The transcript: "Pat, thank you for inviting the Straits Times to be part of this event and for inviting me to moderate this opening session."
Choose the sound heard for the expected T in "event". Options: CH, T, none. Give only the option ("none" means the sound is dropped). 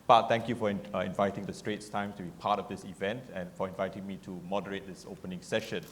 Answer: T